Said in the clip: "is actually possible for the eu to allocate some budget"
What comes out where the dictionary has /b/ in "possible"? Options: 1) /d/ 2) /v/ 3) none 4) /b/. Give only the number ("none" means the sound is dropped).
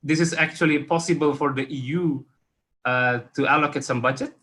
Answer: 4